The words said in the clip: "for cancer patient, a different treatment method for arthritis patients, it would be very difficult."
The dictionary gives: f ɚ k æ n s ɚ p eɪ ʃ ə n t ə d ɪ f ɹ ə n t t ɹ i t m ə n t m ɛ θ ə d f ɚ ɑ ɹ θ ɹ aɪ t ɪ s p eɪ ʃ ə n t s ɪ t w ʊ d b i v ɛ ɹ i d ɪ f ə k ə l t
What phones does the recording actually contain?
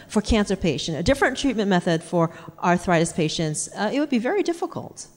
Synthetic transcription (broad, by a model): f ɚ k æ n s ɚ p eɪ ʃ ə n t ə d ɪ f ɹ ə n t t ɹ i t m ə n m ɛ θ ə d f ɚ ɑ ɹ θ ɹ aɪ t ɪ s p eɪ ʃ ə n t s ɪ t w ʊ d b i v ɛ ɹ i d ɪ f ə k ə l t